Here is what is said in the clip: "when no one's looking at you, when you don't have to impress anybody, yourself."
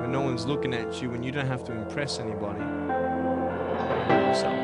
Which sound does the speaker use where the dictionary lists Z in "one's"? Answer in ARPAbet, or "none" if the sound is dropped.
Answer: Z